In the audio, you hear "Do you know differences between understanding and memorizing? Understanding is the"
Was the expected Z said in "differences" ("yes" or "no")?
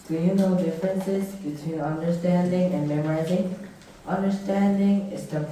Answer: yes